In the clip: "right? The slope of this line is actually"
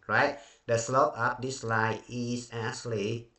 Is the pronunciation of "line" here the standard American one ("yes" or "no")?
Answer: no